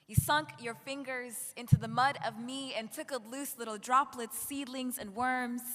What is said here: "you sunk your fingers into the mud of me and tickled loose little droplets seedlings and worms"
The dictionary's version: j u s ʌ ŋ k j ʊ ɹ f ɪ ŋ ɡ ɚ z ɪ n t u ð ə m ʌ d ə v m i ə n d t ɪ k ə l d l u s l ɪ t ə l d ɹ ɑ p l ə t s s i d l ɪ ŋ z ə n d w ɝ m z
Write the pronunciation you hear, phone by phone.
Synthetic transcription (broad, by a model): j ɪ s ʌ ŋ k j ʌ ɹ f ɪ ŋ ɡ ɚ z ɪ n t u ð ə m ʌ d ə v m i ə n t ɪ k l d l u s l ɪ t l d ɹ ɑ p l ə t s s i d l ɪ ŋ z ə n w ɝ m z